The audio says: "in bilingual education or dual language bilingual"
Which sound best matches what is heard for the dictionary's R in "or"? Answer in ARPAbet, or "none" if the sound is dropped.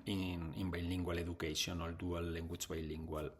L